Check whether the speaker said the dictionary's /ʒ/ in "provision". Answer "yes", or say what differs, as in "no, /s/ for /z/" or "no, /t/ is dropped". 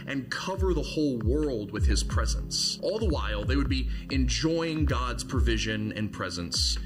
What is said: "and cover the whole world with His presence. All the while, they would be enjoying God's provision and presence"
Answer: yes